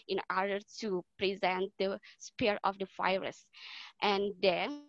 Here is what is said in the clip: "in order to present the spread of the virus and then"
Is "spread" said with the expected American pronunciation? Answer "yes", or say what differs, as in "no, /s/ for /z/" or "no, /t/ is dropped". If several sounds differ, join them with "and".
no, /ɹ/ is dropped